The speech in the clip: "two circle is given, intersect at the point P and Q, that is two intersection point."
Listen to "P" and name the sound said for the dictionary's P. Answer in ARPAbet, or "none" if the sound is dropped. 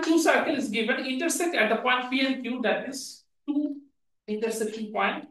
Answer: F